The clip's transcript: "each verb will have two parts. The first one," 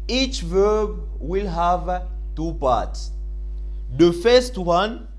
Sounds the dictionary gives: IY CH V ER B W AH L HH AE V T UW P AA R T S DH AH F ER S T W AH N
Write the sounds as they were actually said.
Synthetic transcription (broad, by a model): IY CH V ER B W AH L HH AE V T UW P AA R T S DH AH F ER S T W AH N